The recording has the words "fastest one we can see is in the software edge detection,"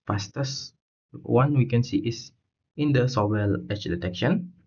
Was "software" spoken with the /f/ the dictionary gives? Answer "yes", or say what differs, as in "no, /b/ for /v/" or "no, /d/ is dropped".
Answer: no, /f/ is dropped